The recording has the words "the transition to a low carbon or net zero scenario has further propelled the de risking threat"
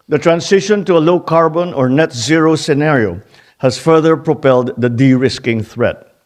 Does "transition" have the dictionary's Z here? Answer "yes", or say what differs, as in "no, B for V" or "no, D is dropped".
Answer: no, S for Z